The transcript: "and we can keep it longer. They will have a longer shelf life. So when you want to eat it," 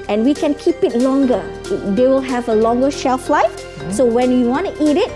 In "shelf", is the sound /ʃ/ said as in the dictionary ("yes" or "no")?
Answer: yes